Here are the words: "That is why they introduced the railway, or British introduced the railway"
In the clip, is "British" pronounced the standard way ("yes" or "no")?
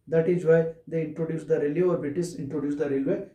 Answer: no